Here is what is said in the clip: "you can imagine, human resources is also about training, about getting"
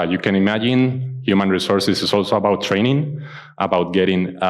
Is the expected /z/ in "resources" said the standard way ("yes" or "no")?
no